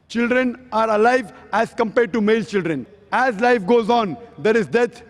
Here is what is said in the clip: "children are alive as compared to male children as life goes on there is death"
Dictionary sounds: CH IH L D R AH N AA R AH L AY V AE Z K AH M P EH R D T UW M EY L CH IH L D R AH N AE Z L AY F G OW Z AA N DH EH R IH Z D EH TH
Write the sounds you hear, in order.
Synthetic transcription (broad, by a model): CH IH L D R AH N AA R AH L AY V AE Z K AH M P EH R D T UW M EY L CH IH L D R AH N AE Z L AY F G OW Z AA N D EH R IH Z D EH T